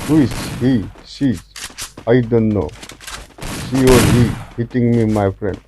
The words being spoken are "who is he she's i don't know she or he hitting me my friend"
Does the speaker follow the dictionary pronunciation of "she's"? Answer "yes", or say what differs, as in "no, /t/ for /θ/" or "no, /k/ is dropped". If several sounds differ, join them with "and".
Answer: no, /s/ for /ʃ/